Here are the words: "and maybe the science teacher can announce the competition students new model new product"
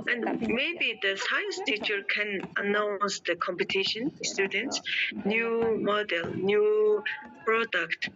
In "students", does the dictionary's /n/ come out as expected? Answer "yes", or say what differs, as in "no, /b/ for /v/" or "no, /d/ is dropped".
yes